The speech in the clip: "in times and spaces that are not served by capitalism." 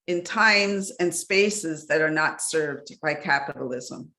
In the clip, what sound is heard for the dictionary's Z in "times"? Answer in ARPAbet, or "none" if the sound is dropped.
Z